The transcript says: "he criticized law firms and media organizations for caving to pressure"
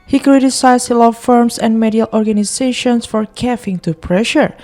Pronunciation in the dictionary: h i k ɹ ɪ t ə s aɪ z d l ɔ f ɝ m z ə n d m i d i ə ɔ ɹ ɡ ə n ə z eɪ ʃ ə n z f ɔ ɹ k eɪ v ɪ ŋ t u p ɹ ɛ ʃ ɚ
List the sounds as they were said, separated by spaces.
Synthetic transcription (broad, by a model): h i k ɹ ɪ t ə s aɪ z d l ɔ f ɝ m s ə n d m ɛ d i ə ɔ ɹ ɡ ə n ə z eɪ ʃ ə n s f ɔ ɹ k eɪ f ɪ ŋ t u p ɹ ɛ ʃ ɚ